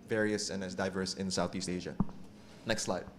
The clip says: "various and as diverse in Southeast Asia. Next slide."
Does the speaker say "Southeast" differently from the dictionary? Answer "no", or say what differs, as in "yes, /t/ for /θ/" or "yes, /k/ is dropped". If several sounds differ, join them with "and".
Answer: no